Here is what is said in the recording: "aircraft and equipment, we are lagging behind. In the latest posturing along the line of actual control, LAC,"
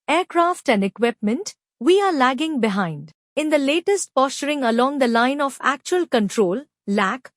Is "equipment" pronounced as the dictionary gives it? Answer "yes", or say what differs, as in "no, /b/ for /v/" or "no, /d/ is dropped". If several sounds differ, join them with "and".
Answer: yes